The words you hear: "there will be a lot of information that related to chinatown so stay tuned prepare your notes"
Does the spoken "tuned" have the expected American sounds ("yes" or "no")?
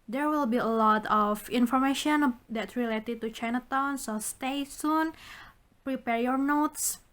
no